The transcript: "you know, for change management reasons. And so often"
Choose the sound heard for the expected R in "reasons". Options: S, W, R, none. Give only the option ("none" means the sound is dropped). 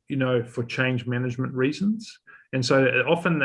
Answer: R